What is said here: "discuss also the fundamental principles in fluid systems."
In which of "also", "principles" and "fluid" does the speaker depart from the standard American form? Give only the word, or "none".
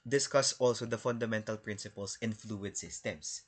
principles